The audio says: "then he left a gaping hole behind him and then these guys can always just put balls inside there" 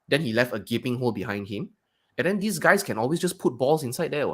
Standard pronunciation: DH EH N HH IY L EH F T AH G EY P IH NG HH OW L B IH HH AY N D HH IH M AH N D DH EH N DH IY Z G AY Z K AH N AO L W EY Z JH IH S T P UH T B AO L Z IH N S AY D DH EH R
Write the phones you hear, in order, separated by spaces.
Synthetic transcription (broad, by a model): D EH N HH IY L EH F T AH G EY P IH NG HH OW L B IH HH AY N D HH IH M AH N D EH N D IY S G AY S K AH N AO L W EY S JH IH S P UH T B AO L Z IH N S AY D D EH